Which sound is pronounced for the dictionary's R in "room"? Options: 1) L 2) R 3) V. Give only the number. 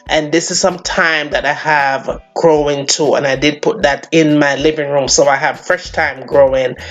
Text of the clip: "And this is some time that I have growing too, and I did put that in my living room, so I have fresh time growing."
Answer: 2